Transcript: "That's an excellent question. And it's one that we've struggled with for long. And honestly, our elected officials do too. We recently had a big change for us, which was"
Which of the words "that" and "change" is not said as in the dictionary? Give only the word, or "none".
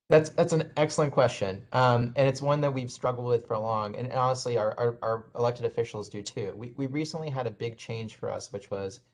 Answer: change